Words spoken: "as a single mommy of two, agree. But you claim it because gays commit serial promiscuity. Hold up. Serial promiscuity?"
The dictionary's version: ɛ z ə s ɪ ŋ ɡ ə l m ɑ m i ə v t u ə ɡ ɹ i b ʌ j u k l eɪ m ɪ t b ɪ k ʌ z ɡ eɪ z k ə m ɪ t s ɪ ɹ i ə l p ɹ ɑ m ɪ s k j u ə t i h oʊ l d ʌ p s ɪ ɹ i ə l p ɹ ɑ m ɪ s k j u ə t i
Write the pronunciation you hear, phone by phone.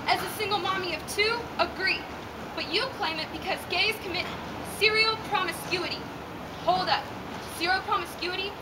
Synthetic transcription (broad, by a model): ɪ z ə s ɪ ŋ ɡ l m ɑ m i ə v t u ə ɡ ɹ i b ʌ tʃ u k l eɪ m ɪ t b ɪ k ʌ z ɡ eɪ z k ə m ɪ t s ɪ ɹ i l p ɹ ɑ m ɪ s k j u ə t i h oʊ l d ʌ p s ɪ ɹ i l p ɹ ɑ m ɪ s k j u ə t i